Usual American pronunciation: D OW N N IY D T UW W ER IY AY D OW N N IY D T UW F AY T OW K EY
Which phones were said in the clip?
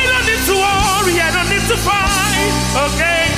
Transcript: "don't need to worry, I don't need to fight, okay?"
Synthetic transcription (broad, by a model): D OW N N IY D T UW W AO IY AY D OW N N IY D T UW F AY OW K EY